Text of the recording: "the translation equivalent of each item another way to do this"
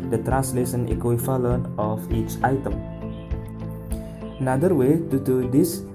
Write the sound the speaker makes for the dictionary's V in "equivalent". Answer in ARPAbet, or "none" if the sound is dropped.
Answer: F